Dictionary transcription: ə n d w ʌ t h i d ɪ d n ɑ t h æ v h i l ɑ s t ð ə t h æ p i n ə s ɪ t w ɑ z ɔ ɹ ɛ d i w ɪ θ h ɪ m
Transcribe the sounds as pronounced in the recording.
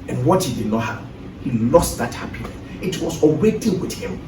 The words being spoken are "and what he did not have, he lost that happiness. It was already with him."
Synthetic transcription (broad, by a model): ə n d w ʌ t h i d ɪ d n ɑ t h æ p h i l ɑ s t ð ə t h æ p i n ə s ɪ t w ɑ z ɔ w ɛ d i w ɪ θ h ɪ m